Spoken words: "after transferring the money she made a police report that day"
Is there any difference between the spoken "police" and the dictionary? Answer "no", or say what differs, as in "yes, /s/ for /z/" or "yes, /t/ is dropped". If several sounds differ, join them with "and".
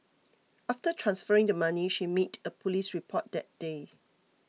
no